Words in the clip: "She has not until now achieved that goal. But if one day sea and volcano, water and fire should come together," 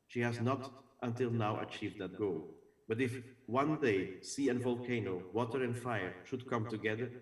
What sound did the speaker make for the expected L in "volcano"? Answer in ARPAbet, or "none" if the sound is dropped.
L